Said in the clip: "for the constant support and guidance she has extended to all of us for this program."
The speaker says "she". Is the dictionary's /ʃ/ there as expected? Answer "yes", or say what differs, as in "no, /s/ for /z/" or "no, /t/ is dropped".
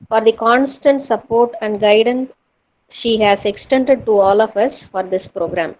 yes